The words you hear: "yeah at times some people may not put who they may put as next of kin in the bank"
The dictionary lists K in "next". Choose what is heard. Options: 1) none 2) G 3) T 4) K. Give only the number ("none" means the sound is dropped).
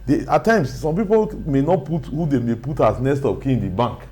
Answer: 1